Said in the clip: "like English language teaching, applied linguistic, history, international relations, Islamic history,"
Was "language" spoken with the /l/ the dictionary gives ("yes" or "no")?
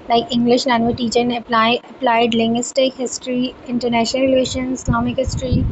no